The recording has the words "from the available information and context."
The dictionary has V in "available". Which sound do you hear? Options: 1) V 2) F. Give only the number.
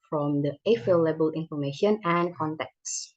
2